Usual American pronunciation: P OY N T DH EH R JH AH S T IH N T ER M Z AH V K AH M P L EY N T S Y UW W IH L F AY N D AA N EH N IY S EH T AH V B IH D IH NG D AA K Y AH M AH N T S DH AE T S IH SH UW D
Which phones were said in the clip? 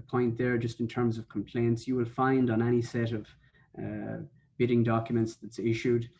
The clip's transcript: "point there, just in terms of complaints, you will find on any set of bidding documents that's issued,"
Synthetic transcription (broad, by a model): P OY N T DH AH R JH AH S T IH N T ER M Z AH V K AH M P L EY N T S Y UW W IH L F AY N D N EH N IY S EH T AH V B IH D IH NG D AA K Y AH M AH N T S DH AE T S IH SH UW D